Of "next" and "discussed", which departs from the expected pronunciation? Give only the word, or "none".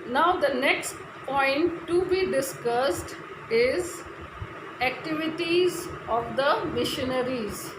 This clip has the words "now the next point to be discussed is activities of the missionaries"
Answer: none